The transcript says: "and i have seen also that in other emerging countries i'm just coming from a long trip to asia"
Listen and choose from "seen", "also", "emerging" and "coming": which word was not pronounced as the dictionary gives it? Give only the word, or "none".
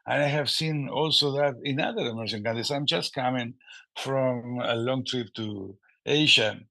emerging